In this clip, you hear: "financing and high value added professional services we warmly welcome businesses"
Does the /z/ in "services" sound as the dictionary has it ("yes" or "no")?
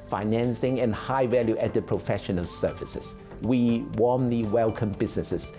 no